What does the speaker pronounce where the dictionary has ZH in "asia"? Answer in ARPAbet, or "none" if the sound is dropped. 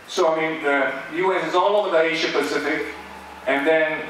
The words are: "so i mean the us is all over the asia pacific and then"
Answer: SH